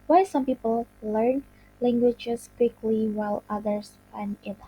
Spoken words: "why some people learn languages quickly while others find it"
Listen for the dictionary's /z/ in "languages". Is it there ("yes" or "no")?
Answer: no